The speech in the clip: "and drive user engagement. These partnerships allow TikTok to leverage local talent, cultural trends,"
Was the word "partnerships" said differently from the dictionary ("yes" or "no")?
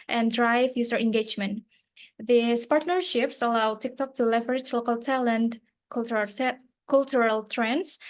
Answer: no